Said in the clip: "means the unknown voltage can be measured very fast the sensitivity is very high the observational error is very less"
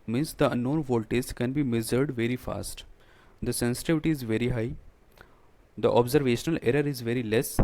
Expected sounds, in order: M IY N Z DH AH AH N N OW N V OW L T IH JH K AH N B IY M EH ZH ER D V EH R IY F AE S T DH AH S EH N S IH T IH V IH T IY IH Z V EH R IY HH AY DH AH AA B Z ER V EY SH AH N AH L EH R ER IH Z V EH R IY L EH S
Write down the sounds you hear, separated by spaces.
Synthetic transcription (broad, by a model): M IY N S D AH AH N N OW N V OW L T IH Z K AH N B IY M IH Z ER D V EH R IY F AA S T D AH S EH N S IH T IH V IH T IY IH Z V EH R IY HH AY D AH AA B Z ER V EY SH AH N AH L EH R ER IH Z V EH R IY L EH S